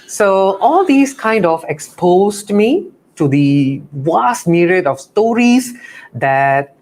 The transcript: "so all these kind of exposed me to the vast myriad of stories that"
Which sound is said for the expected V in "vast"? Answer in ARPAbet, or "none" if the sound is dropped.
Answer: W